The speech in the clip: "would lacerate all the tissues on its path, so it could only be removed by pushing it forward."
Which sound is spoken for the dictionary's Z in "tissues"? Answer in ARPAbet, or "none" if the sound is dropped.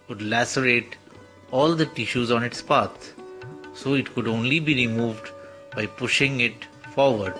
Z